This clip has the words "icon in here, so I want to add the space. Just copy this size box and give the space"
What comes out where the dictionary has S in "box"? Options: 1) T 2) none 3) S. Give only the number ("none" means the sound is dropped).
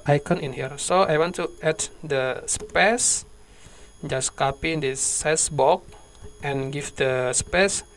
2